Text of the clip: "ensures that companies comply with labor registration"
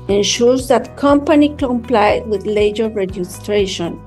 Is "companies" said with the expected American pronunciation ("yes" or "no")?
no